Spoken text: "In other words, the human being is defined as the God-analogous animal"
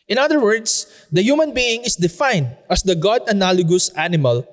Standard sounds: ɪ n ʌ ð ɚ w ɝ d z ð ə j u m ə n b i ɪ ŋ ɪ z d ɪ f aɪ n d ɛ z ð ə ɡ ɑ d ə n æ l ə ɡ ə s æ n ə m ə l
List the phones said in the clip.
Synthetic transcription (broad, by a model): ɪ n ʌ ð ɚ w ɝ d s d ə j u m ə n b i ɪ ŋ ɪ s d ɪ f aɪ n d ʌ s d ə ɡ ɑ d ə n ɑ l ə ɡ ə s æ n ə m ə l